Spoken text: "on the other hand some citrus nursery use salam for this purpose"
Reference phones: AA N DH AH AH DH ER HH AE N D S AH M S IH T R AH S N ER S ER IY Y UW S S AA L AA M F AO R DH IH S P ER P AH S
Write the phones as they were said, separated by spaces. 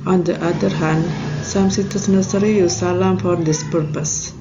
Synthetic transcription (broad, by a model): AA N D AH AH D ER HH AE N D S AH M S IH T AH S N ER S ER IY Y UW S S AA L AA M F AO R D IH S P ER P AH S